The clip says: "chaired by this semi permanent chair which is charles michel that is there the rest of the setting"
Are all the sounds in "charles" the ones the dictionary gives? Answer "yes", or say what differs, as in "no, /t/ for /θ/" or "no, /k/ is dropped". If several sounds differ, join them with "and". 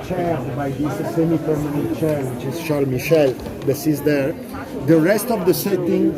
no, /ʃ/ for /tʃ/ and /z/ is dropped